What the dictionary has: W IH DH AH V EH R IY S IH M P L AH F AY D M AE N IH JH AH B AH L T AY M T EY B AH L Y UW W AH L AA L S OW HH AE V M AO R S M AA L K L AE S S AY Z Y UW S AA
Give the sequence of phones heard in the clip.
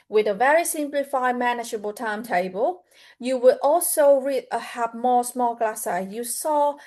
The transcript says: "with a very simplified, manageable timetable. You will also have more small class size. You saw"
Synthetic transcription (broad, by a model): W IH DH AH V EH R IY S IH M P L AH F AY M AE N IH JH AH B AH L T AY M T EY B AH L Y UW W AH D AA L S OW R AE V M AO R S M AA L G L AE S S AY Y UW S AA